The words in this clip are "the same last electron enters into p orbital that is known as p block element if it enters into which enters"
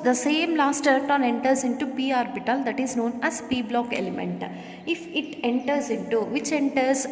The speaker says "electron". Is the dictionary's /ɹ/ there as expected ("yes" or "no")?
no